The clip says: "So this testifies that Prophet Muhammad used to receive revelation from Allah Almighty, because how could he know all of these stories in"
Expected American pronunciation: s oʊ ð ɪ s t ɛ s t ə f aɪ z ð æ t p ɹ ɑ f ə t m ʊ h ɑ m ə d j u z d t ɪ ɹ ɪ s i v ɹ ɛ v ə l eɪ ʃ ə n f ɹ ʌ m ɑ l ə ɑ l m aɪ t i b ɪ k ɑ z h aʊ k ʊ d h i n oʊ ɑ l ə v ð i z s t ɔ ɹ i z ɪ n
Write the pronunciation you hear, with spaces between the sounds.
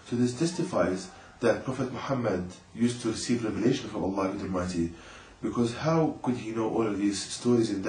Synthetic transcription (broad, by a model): s oʊ ð ɪ s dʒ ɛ s t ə f aɪ z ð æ t p ɹ ɑ f ə t m ʊ h ɑ m ə d j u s t ɪ ɹ ɪ s i v ɹ ɛ v ə l eɪ ʃ ə n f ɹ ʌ m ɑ l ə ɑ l m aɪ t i b ɪ k ɑ z h aʊ k ʊ d h i n oʊ ɑ l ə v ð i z s t ɔ ɹ i z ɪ n